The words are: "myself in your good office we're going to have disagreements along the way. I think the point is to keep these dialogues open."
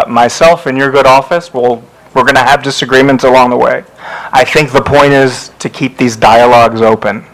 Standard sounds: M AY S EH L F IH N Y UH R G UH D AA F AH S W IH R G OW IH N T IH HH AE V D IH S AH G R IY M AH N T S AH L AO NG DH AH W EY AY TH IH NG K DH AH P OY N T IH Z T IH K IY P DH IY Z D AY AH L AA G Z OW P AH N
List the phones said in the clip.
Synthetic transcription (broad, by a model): M AY S EH L F IH N Y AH R G UH D AA F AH S W IH R G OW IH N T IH V D IH S AH G R IY M AH N T S AH L AO NG DH AH W EY AY TH IH NG K DH AH P OY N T IH Z T IH K IY P DH IY Z D AY AH L AA G Z OW P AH N